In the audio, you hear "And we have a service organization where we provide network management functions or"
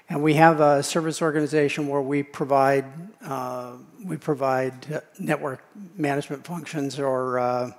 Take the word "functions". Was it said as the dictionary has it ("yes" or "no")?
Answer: yes